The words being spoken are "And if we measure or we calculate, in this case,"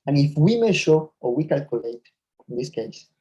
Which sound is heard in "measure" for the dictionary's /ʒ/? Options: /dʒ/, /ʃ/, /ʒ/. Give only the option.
/ʃ/